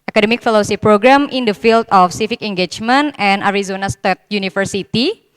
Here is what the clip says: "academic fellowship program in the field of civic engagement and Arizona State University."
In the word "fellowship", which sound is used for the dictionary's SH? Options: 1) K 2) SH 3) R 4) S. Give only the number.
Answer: 4